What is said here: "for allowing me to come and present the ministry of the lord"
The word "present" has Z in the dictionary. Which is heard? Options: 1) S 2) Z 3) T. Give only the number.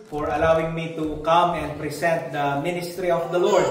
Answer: 1